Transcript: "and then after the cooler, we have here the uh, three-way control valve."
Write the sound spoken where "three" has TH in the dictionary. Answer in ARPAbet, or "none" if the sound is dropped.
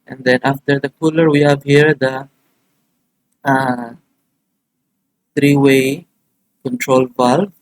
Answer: T